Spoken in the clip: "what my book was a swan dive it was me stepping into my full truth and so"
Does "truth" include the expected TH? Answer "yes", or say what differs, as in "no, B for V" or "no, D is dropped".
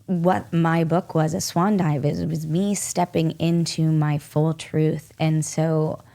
yes